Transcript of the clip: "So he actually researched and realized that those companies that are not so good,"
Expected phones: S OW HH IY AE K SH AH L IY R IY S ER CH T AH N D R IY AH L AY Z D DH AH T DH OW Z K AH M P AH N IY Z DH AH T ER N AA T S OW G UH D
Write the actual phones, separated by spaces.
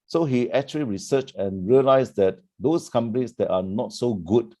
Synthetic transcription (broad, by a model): S OW HH IY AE K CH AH L IY R IY S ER CH AH N R IY AH L AY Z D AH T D OW S K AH M P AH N IY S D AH T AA N AA T S OW G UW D